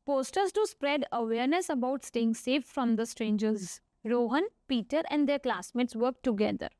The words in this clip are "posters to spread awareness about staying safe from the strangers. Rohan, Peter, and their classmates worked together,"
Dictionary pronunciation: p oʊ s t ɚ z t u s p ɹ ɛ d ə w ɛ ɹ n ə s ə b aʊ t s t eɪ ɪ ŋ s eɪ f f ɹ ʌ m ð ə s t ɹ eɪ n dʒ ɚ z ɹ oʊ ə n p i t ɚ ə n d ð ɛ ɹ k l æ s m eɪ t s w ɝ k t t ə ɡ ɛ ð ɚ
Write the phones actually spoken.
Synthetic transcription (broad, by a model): p oʊ s t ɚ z t u s p ɹ ɛ d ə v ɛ ɹ n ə s ə b aʊ t s t eɪ ɪ ŋ s eɪ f f ɹ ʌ m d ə s t ɹ eɪ n dʒ ɚ z ɹ oʊ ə n p i t ɚ ə n d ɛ ɹ k l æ s m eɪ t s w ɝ k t t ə ɡ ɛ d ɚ